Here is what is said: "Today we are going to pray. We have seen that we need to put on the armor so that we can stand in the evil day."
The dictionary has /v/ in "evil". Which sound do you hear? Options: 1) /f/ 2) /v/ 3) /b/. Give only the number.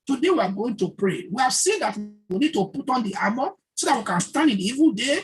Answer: 2